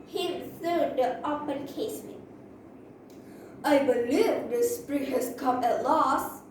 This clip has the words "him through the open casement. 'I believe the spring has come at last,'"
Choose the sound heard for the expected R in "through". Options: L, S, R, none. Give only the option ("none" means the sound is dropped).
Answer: none